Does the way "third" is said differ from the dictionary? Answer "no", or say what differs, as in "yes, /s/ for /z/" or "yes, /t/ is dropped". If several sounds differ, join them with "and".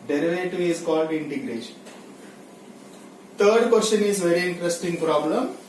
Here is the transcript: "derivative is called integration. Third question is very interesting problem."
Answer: yes, /t/ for /θ/